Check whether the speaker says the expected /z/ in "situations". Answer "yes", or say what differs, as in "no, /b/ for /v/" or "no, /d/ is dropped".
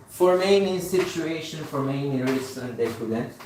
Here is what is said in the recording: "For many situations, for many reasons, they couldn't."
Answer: no, /z/ is dropped